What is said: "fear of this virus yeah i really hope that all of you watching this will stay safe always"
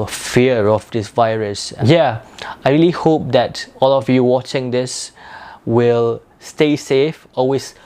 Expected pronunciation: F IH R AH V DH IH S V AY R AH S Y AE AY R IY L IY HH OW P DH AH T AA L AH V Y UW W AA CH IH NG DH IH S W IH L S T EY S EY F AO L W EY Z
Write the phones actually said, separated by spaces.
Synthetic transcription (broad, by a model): F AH R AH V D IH S V AY R AH S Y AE AY R IY L IY HH OW P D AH T AA L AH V Y UW W AA CH IH NG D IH S W IH L S T EY S EY F AO L W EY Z